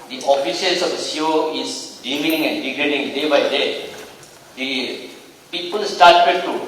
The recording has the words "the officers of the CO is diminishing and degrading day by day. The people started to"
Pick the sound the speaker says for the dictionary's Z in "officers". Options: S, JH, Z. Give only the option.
S